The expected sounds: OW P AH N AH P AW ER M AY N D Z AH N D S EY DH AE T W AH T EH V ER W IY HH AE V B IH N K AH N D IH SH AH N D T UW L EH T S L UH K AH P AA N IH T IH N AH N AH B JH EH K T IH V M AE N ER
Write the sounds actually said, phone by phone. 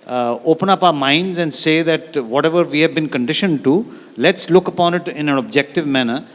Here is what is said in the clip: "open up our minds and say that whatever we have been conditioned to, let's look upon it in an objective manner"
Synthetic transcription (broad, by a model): OW P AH N AH P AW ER M AY N D Z AH N D S EY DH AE T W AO T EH V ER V IY HH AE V B IH N K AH N D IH SH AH N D T UW L EH T S L UH K AH P AA N IH T IH N AH N AH B JH EH K T IH V M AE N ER